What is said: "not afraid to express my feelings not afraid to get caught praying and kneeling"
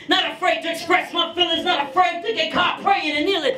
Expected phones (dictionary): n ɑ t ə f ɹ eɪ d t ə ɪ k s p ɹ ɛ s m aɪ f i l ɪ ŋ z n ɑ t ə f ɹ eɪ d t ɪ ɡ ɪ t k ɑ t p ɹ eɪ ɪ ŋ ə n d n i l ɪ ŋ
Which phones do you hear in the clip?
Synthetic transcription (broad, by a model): n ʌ t ə f ɹ eɪ d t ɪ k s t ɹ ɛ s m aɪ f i l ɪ z n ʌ t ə f ɹ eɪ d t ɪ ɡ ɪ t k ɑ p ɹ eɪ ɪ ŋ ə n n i l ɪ